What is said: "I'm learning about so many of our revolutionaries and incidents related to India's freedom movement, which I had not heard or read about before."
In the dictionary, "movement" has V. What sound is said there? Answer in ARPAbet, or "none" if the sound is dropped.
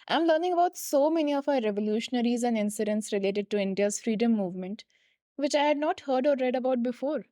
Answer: V